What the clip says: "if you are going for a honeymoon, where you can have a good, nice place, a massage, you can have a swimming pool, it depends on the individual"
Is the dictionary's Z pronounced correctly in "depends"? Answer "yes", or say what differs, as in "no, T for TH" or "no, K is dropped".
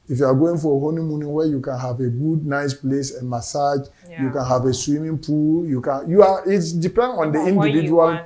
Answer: no, Z is dropped